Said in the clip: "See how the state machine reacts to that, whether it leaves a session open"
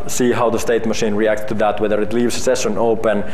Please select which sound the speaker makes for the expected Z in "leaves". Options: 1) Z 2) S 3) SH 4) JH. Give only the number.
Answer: 2